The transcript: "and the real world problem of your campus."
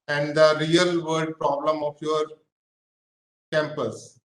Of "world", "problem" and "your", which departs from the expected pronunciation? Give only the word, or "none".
world